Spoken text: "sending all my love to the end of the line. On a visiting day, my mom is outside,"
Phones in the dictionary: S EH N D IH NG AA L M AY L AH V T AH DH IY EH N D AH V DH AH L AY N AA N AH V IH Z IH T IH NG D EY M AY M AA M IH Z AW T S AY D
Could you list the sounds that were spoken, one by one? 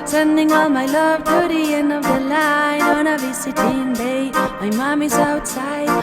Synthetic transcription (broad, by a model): S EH N D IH NG AA L M AY L AH V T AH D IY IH N AH V DH AH L AY N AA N AH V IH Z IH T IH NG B EY M AY M AA M IH Z AW T S AY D